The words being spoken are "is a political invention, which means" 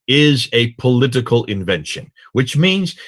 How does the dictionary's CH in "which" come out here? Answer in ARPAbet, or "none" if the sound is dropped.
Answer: CH